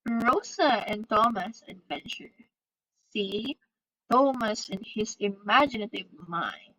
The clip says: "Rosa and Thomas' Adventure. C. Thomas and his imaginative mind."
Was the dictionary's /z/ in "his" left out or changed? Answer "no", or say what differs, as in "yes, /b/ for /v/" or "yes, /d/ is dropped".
yes, /s/ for /z/